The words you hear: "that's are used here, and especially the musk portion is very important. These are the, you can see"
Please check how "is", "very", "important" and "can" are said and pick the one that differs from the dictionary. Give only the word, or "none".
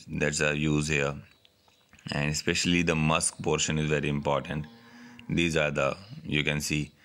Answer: none